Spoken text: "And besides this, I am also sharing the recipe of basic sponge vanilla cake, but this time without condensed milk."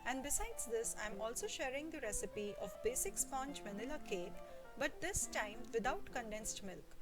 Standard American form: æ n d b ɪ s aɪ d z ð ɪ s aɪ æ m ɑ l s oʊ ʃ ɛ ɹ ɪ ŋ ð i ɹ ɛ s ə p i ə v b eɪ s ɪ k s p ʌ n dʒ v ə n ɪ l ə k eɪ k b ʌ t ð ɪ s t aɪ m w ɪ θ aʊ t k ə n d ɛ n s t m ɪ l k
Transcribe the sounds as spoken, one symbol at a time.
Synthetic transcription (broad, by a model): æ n d b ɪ s aɪ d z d ɪ s aɪ m ɑ l s oʊ ʃ ɛ ɹ ɪ ŋ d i ɹ ɛ s ə p i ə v b eɪ s ɪ k s p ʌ n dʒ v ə n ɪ l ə k eɪ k b ʌ t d ɪ s t aɪ m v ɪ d aʊ t k ə n d ɛ n s t m ɪ l k